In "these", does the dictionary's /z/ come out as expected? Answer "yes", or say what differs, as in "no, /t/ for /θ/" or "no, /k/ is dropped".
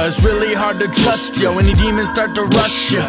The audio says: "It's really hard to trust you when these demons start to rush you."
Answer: no, /z/ is dropped